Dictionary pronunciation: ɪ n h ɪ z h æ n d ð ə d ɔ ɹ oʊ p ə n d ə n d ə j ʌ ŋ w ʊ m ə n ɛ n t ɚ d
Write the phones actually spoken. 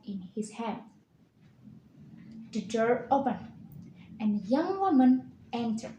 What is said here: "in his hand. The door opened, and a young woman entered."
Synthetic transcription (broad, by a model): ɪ n h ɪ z h æ n d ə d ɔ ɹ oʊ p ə n ə n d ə j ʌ ŋ w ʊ m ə n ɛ n t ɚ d